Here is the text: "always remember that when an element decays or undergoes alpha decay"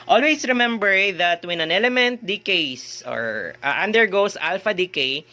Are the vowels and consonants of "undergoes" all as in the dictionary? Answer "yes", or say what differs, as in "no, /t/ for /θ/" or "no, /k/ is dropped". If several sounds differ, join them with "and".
no, /s/ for /z/